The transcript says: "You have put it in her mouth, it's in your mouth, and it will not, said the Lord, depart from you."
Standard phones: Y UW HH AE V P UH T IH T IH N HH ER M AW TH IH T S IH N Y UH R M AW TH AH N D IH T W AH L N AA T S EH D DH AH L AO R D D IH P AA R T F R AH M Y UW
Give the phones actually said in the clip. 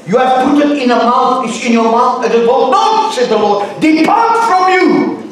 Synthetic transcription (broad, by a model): Y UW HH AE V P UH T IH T IH N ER M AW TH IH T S IH N Y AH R M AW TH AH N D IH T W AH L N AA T S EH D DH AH L AO R D D IH P AA R T F R AH M Y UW